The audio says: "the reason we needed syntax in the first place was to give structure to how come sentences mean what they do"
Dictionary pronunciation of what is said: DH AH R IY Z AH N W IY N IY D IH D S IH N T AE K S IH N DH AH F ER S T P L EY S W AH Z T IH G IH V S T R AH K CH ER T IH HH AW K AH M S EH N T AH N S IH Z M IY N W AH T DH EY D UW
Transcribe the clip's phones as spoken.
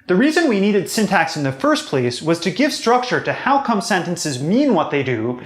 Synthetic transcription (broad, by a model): DH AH R IY Z AH N W IY N IY D IH D S IH N T AE K S IH N DH AH F ER S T P L EY S W AH Z T IH G IH V S T R AH K CH ER T IH HH AW K AH M S EH N T AH N S IH Z M IY N W AH T DH EY D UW